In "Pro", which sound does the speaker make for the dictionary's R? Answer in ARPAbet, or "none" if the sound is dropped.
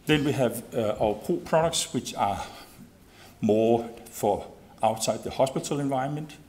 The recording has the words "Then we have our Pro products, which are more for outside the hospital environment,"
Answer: none